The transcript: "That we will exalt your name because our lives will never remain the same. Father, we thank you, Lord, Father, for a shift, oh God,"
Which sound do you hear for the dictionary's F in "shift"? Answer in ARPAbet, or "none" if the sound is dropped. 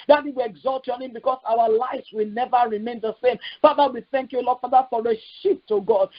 P